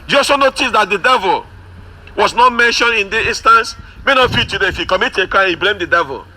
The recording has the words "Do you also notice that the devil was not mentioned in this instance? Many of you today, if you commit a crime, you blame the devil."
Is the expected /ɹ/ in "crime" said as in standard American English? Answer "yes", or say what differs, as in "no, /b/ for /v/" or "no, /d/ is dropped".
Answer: no, /ɹ/ is dropped